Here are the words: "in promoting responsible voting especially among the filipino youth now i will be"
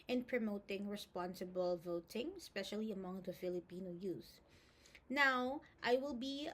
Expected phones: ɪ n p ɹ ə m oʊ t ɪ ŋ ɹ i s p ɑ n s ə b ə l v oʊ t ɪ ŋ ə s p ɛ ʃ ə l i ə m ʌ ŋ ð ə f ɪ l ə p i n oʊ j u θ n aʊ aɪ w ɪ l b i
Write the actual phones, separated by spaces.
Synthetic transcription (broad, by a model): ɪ n p ɹ ə m oʊ t ɪ ŋ ɹ i s p ɑ n s ə b ə l v oʊ t ɪ ŋ s p ɛ ʃ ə l i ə m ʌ ŋ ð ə f ɪ l ə p i n oʊ j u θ n aʊ aɪ w ɪ l b i